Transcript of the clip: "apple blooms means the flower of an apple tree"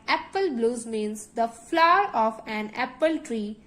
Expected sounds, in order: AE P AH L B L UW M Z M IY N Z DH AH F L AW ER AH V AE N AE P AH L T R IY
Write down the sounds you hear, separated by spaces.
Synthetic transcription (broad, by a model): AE P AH L B L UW Z M IY N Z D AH F L AW ER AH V AE N AE P AH L T R IY